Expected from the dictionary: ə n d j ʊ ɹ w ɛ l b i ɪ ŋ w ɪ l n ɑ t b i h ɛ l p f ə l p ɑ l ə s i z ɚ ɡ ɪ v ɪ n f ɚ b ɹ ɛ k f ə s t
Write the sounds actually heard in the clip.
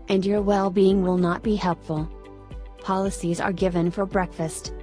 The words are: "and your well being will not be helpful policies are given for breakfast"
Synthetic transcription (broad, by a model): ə n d j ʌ ɹ w ɛ l b i ɪ ŋ w ɪ l n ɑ t b i h ɛ l p f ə l p ɑ l ə s i z ɚ ɡ ɪ v ɪ n f ɚ b ɹ ɛ k f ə s t